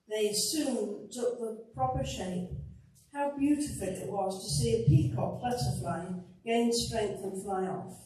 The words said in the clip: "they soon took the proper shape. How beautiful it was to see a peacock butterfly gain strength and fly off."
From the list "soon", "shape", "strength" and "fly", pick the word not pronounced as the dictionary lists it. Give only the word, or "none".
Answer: none